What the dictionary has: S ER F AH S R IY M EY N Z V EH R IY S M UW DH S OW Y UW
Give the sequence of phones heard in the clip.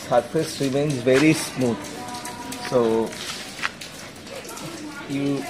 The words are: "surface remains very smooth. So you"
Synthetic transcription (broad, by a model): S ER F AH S R IY M EY N Z V EH R IY S M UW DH S OW Y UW